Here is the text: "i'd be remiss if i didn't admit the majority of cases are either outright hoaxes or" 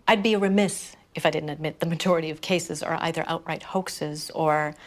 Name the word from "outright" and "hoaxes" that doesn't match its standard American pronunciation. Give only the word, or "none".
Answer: none